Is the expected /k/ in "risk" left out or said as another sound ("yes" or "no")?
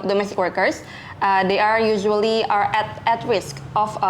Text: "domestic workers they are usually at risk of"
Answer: no